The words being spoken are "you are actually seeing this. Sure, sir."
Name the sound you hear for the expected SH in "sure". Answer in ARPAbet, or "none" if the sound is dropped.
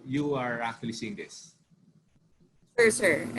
S